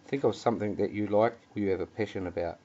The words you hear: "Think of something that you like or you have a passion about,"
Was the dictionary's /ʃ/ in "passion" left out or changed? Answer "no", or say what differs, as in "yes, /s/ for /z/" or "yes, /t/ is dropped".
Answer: no